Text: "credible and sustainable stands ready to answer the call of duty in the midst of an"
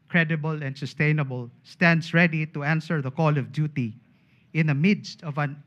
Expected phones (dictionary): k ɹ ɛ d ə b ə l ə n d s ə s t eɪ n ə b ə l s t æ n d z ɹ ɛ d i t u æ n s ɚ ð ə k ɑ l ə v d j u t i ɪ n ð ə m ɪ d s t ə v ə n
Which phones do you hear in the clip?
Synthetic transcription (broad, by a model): k ɹ ɛ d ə b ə l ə n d s ə s t eɪ n ə b ə l s t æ n d s ɹ ɛ d i t u æ n s ɚ ð ə k ɑ l ə v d j u t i ɪ n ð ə m ɪ d s t ə v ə n